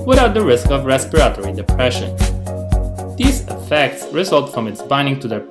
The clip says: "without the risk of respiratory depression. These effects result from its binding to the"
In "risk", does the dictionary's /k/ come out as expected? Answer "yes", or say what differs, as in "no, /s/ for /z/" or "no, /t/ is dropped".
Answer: yes